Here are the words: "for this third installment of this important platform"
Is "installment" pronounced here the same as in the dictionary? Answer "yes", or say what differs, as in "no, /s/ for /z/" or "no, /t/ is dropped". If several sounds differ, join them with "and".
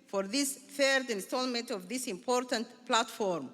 yes